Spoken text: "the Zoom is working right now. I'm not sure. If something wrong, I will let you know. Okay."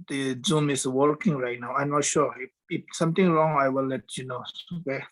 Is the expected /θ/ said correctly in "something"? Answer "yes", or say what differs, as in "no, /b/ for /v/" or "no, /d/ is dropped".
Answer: no, /t/ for /θ/